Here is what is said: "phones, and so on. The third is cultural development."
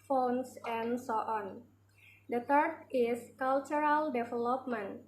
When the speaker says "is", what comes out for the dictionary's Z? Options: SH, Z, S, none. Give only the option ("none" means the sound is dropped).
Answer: S